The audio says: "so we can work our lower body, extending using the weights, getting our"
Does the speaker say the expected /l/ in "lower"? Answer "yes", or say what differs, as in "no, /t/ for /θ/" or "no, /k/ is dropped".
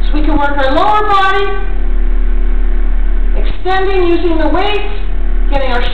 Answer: yes